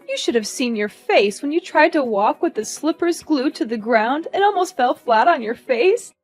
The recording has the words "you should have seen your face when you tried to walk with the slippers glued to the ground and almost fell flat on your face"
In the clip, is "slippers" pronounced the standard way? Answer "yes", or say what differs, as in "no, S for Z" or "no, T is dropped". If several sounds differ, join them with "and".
yes